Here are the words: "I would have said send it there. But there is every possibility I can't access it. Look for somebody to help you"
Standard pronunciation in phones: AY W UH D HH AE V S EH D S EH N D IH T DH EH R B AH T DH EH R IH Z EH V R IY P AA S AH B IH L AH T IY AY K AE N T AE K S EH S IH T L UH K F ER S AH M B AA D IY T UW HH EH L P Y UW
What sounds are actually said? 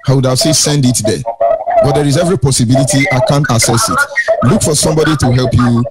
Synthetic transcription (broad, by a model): AY W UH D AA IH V S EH S EH N D IH T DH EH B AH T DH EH R IH Z EH V R IY P AA S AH B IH L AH T IY AY K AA N T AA S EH S IH T L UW K F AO S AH M B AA D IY T UW HH EH L P Y UW